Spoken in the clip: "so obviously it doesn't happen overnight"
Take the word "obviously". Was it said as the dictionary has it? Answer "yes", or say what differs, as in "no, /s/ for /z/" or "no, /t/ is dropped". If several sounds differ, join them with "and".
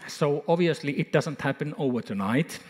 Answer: no, /b/ is dropped